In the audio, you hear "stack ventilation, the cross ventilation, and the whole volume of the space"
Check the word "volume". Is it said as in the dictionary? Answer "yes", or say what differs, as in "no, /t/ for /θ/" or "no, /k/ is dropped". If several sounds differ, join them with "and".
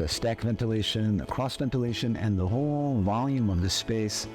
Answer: yes